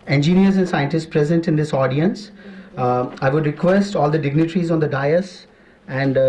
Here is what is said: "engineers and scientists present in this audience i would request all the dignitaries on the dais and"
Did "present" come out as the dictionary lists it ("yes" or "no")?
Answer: yes